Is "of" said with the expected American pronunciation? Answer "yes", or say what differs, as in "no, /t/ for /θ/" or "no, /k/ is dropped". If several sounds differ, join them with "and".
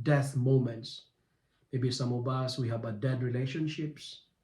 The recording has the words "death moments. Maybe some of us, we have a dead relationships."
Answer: no, /b/ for /v/